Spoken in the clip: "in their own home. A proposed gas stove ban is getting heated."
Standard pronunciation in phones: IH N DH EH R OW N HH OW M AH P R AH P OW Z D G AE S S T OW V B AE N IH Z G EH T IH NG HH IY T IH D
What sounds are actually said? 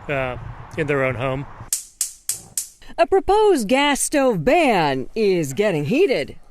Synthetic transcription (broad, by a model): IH N DH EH R OW N HH OW M AH P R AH P OW Z G AE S S T OW V B AE N IH Z G EH T IH NG HH IY T IH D